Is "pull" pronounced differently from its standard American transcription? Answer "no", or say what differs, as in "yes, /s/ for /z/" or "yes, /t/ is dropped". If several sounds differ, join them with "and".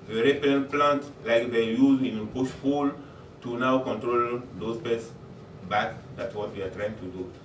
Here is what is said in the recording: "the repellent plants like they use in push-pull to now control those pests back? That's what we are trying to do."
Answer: yes, /f/ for /p/